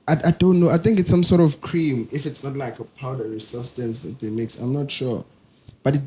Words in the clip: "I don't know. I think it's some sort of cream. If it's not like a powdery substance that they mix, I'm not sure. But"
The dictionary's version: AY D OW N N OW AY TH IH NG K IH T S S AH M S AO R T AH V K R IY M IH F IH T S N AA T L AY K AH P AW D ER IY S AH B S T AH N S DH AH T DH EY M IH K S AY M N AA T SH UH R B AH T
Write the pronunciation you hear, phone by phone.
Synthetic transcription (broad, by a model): AY D OW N N OW AY TH IH NG K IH T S S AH M S AO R T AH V K R IY M IH F IH T S N AA T L AY K AH P AW D ER IY S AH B S T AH N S DH AH T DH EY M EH K S AY M N AA T SH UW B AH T